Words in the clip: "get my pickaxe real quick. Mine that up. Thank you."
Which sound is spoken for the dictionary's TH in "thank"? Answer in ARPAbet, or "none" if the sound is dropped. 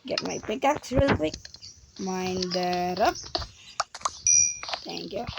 T